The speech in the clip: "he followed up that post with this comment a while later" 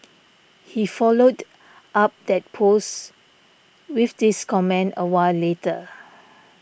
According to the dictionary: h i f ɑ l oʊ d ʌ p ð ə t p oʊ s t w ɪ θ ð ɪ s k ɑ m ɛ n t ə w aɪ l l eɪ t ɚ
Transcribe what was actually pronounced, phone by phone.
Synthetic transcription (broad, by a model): h i f ɑ l oʊ d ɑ p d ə t p oʊ s w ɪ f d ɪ s k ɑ m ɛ n ə w aɪ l l eɪ t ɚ